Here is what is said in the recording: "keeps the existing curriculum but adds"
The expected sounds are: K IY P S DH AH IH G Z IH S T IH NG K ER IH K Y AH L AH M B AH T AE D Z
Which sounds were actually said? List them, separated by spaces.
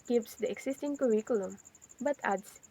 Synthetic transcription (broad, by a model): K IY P S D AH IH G S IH S T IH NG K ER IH K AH L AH M B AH T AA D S